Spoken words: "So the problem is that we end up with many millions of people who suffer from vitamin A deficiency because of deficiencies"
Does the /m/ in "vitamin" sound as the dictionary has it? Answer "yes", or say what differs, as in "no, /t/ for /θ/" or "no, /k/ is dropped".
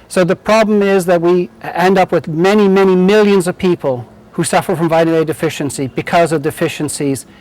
no, /m/ is dropped